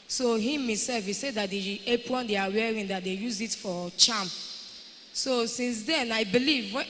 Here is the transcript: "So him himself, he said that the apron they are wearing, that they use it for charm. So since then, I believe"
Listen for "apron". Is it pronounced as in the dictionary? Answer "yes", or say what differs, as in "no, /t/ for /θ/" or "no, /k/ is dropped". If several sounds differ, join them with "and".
no, /w/ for /ɹ/